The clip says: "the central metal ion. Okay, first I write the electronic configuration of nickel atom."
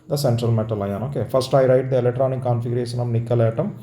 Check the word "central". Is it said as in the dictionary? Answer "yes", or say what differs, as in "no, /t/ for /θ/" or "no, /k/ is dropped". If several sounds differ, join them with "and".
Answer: yes